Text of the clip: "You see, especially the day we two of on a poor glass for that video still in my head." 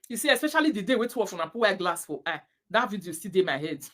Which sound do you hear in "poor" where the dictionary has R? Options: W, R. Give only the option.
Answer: W